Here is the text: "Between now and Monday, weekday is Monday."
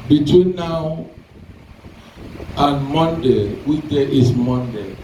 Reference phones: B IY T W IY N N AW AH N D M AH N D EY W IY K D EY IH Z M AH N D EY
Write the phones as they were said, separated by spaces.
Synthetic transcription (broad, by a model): B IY T W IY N N AW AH N M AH N D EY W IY D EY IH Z M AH N D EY